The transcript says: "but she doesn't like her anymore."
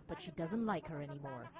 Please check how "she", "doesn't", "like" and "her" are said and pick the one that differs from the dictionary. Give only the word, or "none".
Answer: none